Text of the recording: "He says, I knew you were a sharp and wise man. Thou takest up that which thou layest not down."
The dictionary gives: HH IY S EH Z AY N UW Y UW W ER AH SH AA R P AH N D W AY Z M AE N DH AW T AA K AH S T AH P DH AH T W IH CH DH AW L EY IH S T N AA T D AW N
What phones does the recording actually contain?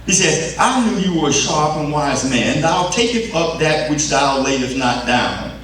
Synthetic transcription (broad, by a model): HH IY S EH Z AY N UW Y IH W ER AH SH AA R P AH N W AY Z M AE N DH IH T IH K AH T AH P DH AH T W IH CH DH AW L EY IH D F N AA T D AW N